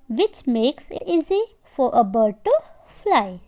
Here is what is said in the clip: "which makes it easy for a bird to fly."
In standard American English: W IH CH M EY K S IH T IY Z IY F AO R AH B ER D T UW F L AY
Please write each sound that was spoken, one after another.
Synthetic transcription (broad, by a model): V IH CH M EY K S IH T IY Z IY F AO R AH B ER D T UW F L AY